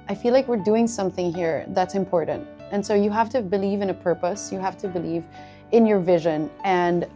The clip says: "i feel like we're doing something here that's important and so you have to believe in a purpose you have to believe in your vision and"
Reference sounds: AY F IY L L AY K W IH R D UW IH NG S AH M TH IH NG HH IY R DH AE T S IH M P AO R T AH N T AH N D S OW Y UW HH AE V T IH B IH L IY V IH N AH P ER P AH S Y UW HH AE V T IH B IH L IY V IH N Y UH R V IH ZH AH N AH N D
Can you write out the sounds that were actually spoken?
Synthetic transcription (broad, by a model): AY F IY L L AY K W IH R D UW IH NG S AH M TH IH NG HH IY R DH AE T S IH M P AO R T N T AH N S OW Y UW HH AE F T IH B IH L IY V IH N AH P ER P AH S Y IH HH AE F T IH B IH L IY V IH N Y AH R V IH ZH AH N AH N